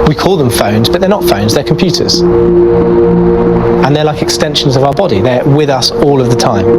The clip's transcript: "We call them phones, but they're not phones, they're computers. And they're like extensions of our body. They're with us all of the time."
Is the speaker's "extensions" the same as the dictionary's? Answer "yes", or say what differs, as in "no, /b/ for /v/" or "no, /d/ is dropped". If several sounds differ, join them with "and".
yes